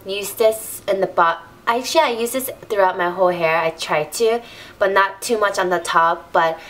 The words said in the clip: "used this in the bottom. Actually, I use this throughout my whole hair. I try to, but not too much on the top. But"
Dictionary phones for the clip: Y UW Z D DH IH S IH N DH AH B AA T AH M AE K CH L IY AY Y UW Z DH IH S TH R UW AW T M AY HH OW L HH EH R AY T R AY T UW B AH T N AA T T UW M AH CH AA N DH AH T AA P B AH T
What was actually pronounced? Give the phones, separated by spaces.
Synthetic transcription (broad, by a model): Y UW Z DH IH S IH N DH AH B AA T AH IH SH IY AY Y UW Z DH IH S TH R UW AW T M AY HH OW L HH EH R AY T R AY T UW B AH T N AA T T UW M AH CH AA N DH AH T AA P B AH T